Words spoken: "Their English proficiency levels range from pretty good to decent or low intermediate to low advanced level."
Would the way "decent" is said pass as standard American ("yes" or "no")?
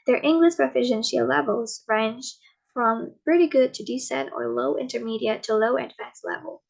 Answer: no